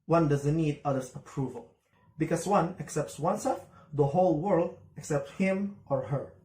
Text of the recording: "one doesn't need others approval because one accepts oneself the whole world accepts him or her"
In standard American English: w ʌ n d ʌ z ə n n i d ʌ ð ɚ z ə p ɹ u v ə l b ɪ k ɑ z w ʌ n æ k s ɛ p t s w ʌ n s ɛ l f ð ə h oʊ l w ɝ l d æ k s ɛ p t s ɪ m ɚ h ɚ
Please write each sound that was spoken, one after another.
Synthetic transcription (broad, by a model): w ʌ n d ʌ z ə n n i d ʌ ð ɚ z ə p ɹ u v ə l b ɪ k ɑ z w ʌ n æ k s ɛ p t s w ʌ n s ɛ l f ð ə h oʊ l w ɝ l d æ k s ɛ p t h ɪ m ɚ h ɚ